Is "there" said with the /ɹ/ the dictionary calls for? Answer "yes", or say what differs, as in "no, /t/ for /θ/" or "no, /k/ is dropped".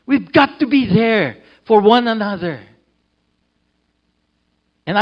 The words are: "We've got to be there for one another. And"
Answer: yes